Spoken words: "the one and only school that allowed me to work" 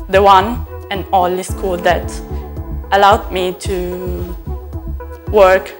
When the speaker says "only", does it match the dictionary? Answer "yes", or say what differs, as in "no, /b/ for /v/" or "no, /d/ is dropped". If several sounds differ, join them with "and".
no, /n/ is dropped